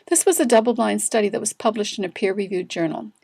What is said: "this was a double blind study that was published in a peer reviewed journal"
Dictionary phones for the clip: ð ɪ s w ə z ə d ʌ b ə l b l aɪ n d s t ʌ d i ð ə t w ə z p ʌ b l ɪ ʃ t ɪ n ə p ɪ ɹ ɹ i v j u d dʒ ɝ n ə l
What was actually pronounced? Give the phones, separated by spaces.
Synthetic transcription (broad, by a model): ð ɪ s w ə z ə d ʌ b l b l aɪ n s t ʌ d i ð ə t w ə z p ʌ b l ɪ ʃ t ɪ n ə p ɪ ɹ ɹ i v j u d dʒ ɝ n l